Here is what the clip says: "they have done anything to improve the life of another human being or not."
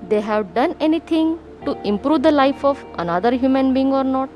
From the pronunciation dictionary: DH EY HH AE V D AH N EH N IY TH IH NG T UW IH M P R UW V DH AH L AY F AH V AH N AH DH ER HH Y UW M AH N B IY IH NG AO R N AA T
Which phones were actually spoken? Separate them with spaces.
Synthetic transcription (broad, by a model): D EY HH AE V D AH N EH N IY T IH NG T UW IH M P R UW V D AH L AY F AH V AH N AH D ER HH Y UW M AH N B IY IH NG AO R N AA T